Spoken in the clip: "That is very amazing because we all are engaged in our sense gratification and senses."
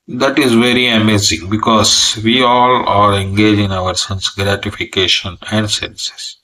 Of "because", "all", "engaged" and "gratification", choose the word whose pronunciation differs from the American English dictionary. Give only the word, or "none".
engaged